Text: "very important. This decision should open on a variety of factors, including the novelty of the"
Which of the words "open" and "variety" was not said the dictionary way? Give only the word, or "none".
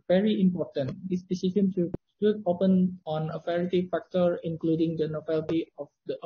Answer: variety